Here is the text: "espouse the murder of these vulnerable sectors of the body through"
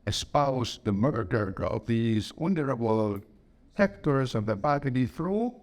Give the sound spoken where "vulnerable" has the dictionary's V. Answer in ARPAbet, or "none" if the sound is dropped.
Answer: W